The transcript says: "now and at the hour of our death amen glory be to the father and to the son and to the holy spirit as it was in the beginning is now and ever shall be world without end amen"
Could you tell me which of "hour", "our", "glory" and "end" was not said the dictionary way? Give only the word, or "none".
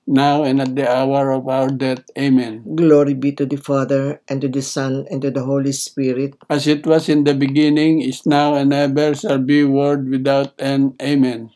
end